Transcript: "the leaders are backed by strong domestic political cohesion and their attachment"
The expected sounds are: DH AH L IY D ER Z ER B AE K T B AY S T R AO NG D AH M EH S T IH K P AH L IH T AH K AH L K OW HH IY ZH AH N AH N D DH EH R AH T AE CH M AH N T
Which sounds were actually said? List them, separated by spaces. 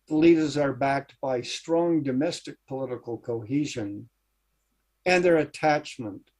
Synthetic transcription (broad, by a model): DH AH L IY D ER Z ER B AE K T B AY S T R AO NG D AH M EH S T IH K P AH L IH T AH K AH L K OW HH IY ZH AH N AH N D DH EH R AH T AE CH M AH N T